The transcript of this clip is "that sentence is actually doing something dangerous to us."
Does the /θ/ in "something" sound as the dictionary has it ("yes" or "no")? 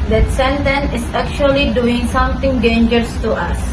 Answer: no